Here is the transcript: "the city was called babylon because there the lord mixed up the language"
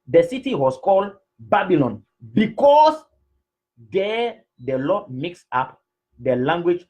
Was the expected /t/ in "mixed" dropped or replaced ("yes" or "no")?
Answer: yes